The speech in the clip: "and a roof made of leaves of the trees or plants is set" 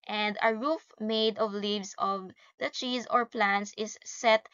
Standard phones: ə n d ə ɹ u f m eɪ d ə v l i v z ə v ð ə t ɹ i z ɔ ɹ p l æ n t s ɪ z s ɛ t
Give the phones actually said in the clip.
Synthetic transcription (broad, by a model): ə n d ə ɹ u f m eɪ d ə v l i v s ə v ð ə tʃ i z ɔ ɹ p l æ n t s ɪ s ɛ t